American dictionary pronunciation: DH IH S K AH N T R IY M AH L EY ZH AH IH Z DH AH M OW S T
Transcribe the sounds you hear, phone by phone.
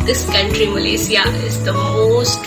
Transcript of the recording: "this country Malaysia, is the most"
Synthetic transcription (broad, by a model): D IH S K AH N T R IY M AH L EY S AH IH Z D AH M OW S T